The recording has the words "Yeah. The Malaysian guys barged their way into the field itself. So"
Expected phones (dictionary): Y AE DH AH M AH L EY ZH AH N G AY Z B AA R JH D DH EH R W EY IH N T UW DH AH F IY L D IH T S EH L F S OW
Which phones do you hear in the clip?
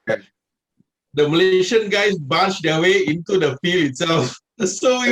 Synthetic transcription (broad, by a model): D AH M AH L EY SH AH N G AY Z B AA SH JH D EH W EY IH N T UW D AH F IY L IH T S EH L F S OW